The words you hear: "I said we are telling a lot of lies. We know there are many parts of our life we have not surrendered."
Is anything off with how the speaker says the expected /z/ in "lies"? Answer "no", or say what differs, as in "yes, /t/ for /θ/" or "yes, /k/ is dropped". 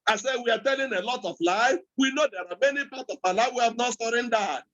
yes, /z/ is dropped